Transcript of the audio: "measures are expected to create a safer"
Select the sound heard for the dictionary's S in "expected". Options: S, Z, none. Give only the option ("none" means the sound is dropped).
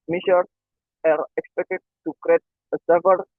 S